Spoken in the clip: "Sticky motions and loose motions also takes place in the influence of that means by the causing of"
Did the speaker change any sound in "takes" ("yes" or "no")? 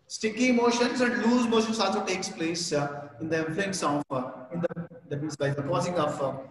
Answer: no